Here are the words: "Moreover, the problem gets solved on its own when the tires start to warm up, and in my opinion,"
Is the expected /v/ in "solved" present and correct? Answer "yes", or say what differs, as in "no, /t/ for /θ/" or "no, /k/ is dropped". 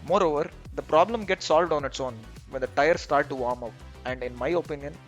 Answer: yes